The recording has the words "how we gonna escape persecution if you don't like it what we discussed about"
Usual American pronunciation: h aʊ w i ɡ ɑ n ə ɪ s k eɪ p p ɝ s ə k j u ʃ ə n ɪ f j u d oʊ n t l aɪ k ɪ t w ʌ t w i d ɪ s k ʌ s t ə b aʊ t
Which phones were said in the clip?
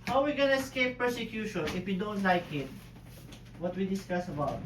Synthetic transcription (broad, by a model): h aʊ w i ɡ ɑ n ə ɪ s k eɪ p p ɝ s ə k j u ʃ ə n ɪ f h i d oʊ n t l aɪ k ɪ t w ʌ t w i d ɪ s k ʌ s ə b aʊ t